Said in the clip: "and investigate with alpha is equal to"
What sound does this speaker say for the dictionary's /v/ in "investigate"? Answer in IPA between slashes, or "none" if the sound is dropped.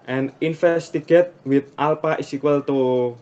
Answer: /f/